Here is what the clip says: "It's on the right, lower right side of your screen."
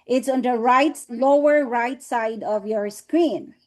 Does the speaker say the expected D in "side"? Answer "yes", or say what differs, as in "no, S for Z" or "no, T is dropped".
yes